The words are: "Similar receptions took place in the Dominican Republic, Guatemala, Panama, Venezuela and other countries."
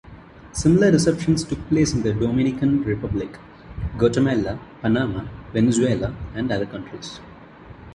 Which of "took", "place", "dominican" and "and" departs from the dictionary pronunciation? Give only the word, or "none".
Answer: none